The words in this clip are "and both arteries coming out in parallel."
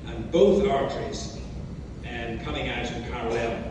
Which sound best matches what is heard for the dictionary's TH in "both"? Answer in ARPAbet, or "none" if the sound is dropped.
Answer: TH